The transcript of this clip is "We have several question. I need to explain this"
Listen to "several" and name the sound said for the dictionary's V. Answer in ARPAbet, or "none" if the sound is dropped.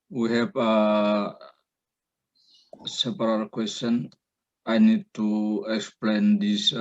P